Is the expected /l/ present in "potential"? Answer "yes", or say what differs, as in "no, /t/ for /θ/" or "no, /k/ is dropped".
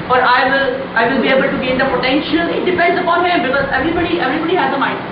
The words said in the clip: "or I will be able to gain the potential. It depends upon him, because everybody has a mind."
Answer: yes